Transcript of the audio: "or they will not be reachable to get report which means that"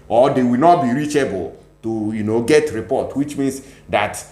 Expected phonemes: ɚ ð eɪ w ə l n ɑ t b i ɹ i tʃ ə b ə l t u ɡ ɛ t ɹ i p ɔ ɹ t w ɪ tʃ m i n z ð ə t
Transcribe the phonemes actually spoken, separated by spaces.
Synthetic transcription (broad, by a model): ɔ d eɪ w ə l n ɑ t b i ɹ i tʃ ə b ə l t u ɡ ɛ t ɹ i p ɔ t w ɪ tʃ m i n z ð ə t